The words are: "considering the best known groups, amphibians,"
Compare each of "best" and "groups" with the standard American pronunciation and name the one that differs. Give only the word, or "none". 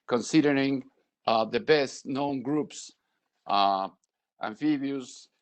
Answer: none